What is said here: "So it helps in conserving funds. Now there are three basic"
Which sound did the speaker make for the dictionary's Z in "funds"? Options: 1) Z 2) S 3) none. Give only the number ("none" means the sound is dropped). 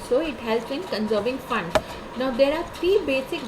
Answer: 3